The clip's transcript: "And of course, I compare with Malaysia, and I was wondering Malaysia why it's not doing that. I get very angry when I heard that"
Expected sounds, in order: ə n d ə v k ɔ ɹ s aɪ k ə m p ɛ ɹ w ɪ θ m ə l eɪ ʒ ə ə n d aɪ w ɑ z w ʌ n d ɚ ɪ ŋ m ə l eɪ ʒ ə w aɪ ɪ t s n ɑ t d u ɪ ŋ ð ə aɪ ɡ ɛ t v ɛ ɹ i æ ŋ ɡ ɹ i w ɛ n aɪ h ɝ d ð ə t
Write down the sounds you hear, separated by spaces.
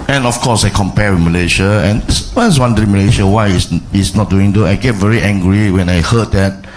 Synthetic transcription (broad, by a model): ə n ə f k ɔ s aɪ k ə m p ɛ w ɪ m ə l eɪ ʃ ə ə n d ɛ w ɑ s w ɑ n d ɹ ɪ m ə l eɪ ʃ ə w aɪ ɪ s s n ɑ t d u ɪ ŋ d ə aɪ ɡ ɛ t v ɛ ɹ i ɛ ŋ ɡ ɹ i w ɛ n aɪ h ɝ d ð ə t